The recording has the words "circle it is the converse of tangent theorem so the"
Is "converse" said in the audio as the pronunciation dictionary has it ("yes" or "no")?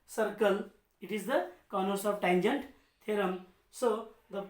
no